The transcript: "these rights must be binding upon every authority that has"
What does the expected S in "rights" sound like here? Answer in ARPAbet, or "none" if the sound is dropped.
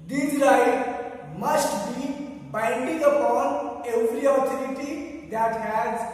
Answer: none